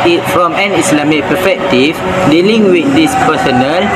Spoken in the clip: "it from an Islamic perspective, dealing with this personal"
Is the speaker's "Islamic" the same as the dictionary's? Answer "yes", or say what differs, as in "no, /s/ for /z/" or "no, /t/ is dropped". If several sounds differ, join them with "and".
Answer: no, /s/ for /z/